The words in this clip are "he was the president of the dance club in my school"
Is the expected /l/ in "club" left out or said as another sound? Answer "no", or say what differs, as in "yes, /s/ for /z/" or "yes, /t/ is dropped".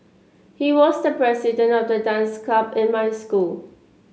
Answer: yes, /l/ is dropped